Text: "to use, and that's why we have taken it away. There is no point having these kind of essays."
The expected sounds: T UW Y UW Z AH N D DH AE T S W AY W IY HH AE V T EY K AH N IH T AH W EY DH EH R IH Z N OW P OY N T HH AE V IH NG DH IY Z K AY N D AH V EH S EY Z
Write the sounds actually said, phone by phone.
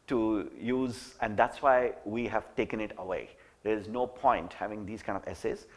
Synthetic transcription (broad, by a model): T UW Y UW Z AH N D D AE T S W AY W IY HH AE V T EY K AH N IH T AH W EY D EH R IH Z N OW P OY N T HH AE V IH NG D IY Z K AY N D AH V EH S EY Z